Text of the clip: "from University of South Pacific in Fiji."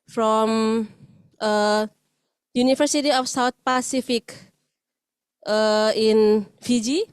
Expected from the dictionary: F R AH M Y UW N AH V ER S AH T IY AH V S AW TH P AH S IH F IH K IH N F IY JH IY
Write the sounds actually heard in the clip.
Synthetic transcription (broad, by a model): F R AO M Y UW N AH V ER S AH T IY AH F S AW T P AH S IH F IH K IH N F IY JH IY